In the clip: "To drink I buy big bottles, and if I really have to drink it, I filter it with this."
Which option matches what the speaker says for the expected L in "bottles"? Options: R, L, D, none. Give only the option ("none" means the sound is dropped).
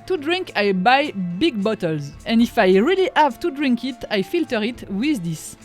L